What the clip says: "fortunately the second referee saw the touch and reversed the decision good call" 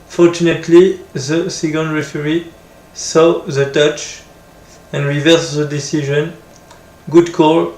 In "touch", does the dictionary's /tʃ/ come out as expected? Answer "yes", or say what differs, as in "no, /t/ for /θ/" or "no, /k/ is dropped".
yes